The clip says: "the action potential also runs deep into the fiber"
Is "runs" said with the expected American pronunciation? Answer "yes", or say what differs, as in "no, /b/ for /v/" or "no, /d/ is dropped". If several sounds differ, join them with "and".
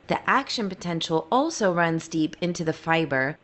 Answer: yes